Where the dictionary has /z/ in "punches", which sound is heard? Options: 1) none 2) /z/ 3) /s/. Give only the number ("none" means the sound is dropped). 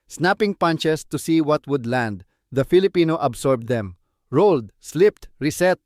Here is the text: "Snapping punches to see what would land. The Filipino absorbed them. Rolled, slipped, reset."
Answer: 3